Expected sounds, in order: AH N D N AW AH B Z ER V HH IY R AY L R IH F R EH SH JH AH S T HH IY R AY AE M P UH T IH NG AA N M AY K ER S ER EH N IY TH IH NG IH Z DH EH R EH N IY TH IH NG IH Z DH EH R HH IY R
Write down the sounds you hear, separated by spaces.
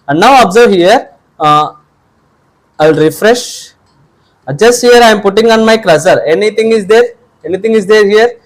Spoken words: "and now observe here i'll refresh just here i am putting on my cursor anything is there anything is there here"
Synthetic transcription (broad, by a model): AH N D N AW AH B Z ER V HH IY R AY L R IH F R EH SH JH AH S T HH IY R AY M P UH T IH NG AA N M AY K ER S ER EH N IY T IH NG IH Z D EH R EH N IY T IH NG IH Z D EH R HH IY R